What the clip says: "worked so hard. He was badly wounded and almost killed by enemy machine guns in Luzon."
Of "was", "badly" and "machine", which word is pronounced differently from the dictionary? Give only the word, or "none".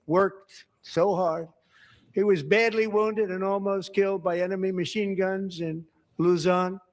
none